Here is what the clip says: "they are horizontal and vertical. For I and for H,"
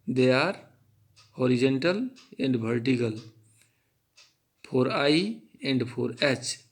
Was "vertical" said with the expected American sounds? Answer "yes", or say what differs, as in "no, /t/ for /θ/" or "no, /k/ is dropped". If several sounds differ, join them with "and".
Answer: no, /b/ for /v/